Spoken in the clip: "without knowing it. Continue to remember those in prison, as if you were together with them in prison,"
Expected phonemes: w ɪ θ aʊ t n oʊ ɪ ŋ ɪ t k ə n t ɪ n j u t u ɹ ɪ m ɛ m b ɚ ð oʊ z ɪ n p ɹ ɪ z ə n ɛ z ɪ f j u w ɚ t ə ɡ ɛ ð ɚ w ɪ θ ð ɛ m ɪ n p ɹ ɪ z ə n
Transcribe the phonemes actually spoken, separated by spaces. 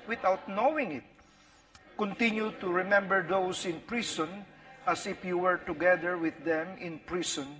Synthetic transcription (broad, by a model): w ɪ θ aʊ t n oʊ ɪ ŋ ɪ t k ə n t ɪ n j u t u ɹ ɪ m ɛ m b ɚ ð oʊ s ɪ n p ɹ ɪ s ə n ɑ s ɪ f j u w ɚ t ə ɡ ɛ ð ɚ w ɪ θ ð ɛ m ɪ n p ɹ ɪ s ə n